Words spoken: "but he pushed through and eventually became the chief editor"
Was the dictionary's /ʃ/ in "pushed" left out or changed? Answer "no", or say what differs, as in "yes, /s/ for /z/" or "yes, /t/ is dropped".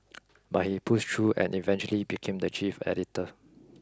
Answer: yes, /s/ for /ʃ/